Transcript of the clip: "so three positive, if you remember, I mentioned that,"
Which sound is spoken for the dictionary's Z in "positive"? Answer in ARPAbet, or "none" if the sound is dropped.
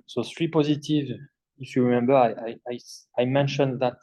Z